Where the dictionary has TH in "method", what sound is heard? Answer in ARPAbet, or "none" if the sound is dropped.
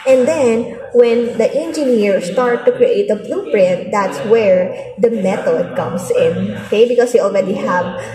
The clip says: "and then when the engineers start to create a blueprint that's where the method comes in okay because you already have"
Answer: T